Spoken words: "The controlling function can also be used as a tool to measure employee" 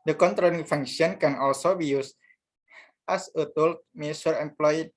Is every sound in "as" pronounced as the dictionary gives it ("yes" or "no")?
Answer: no